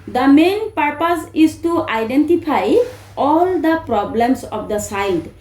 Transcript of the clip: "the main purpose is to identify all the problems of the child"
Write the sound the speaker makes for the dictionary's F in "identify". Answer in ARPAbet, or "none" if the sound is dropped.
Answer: P